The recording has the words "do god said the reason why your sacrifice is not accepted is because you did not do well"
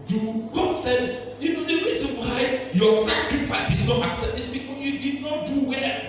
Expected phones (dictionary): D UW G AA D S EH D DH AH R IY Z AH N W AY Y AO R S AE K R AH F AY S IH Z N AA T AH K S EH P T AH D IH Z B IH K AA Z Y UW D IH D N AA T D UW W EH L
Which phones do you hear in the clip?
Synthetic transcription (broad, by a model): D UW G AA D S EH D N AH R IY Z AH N W AY Y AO S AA K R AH F AY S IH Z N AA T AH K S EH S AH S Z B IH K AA Y UW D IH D N AA T D UW W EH